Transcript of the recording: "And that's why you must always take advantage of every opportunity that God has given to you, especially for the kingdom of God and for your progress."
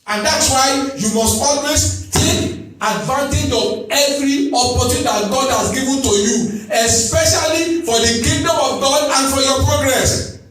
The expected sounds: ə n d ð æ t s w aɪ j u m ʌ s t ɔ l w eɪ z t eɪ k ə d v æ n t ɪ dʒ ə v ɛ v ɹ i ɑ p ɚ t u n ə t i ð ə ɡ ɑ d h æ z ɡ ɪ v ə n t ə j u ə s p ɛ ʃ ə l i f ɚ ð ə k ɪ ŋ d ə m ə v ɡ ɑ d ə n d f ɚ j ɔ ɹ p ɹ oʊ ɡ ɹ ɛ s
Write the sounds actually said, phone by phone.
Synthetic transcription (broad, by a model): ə n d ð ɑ t s w aɪ j u m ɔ s t ɔ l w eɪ s t eɪ k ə d v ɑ n t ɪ dʒ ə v ɛ v ɹ i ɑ p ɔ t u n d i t ɡ ɑ d h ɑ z ɡ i v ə n t ə j u ə s p ɛ ʃ ə l i f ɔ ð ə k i d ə m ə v ɡ ɑ d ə n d f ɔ j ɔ p ɹ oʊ ɡ ɹ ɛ s